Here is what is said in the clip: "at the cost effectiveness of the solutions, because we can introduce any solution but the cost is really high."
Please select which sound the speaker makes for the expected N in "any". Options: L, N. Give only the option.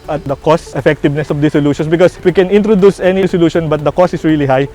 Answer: N